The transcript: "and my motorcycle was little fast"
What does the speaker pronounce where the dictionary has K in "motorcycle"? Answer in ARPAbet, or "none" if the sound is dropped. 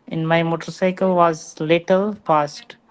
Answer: K